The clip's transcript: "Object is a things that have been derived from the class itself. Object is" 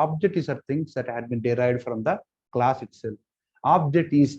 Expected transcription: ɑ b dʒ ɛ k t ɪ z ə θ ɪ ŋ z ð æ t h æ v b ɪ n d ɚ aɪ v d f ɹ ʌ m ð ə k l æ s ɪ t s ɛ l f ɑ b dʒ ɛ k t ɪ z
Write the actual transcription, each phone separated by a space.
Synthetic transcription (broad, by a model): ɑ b dʒ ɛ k t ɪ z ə t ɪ ŋ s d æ t h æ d b ɪ n d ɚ aɪ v d f ɹ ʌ m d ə k l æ s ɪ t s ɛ l ɑ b dʒ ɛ k t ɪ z